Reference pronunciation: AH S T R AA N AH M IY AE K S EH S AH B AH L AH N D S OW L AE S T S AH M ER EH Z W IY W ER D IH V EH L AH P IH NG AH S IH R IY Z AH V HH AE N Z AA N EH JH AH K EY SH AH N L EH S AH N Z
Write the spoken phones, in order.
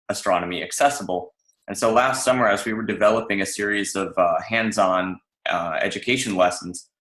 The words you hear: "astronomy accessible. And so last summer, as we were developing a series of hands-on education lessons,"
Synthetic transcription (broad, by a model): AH S T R AA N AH M IY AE K S EH S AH B L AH N S OW L AE S T S AH M ER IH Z W IY W ER D IH V EH L AH P IH NG AH S IH R IY Z AH V HH AE N Z AA N EH JH AH K EY SH AH N L EH S N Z